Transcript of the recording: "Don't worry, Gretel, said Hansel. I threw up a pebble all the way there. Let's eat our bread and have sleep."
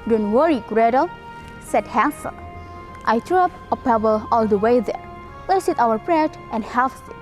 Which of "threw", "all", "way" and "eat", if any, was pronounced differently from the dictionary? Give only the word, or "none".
threw